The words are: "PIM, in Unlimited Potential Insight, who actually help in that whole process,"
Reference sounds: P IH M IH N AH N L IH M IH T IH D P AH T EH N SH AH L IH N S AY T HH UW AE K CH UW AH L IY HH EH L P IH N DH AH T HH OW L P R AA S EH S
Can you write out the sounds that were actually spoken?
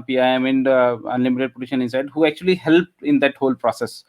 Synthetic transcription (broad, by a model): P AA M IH N AH N L IH M IH T IH D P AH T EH SH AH N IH N S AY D HH UW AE K CH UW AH L IY HH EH L P IH N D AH T HH OW L P R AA S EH S